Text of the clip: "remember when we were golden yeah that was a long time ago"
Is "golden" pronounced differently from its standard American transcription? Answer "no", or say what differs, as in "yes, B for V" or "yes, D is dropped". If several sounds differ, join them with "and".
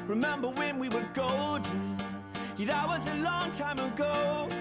yes, L is dropped